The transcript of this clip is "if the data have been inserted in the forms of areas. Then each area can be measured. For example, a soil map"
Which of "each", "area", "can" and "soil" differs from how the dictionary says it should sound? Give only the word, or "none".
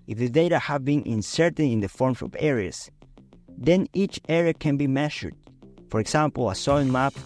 soil